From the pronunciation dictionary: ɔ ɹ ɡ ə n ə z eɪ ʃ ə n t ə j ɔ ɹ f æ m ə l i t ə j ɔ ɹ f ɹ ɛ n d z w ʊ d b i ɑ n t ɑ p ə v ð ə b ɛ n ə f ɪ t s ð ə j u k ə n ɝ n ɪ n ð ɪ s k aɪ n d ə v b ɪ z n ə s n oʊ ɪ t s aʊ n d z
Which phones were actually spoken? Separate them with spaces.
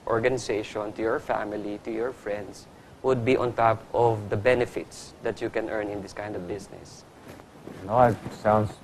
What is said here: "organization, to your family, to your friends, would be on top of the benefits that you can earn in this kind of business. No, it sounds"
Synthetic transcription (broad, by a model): ɔ ɹ ɡ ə n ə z eɪ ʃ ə n t ə j ɔ ɹ f æ m ə l i t ə j ɔ ɹ f ɹ ɛ n d s w ʊ d b i ɑ n t ɑ p ə v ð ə b ɛ n ə f ɪ t s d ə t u k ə n ɝ n ɪ n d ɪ s k aɪ n d ə v b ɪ s n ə s n oʊ ɪ t s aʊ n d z